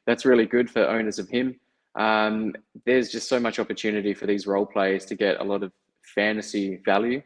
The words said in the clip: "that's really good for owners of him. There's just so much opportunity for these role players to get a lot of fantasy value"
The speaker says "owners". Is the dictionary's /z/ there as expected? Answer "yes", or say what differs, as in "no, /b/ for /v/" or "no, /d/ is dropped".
yes